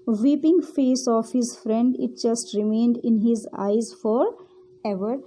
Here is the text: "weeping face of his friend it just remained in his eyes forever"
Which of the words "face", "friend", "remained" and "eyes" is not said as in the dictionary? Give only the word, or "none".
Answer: none